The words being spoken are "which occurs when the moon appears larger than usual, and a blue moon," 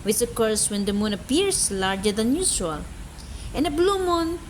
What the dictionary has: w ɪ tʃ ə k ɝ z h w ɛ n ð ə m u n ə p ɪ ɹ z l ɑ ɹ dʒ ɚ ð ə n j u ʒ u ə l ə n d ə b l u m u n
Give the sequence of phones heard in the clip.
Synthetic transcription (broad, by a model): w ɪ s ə k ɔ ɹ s w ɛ n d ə m u n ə p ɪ ɹ s l ɑ ɹ dʒ ɚ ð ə n j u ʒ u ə l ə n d ə b l u m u n